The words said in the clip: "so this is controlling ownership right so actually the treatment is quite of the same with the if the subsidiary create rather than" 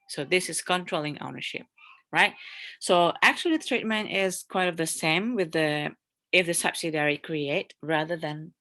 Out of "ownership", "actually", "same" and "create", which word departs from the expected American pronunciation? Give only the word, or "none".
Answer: actually